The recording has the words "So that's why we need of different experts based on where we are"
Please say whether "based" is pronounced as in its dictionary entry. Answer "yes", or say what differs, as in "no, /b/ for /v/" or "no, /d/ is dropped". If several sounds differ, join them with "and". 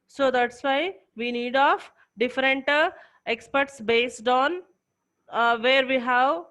yes